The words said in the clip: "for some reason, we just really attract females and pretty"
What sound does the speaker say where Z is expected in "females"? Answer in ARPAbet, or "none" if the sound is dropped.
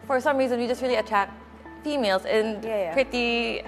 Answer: Z